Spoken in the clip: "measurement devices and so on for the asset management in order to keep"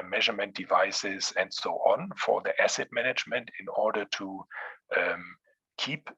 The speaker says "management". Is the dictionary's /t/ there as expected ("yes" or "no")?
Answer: yes